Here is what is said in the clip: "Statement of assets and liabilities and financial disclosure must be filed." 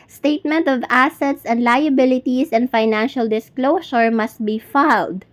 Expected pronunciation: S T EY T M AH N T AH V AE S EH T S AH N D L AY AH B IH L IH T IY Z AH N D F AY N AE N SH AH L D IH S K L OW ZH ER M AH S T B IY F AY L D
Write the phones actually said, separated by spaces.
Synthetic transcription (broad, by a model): S T EY T M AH N T AH V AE S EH T S AH N D L AY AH B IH L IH T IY S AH N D F AY N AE N SH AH L D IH S K L OW S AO M AH S T B IY F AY L D